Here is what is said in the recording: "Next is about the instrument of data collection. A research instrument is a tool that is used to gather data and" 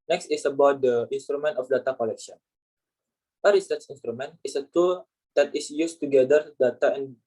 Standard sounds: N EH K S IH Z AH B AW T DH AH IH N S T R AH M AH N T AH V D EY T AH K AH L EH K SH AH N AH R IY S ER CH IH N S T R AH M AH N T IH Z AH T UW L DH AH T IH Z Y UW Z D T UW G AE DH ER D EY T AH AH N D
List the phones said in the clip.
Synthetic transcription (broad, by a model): N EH K S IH S AH B AW T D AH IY N S T R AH M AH N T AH F D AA T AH K AH L EH K SH AH N AH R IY S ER S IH N S T R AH M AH N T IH S AH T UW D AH T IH S Y UW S T UW G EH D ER D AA T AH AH N